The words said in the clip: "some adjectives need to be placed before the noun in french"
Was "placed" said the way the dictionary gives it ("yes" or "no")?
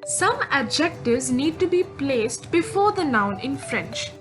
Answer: yes